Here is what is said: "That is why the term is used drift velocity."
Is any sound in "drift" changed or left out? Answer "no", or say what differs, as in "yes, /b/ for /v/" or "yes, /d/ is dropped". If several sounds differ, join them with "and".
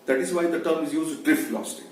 no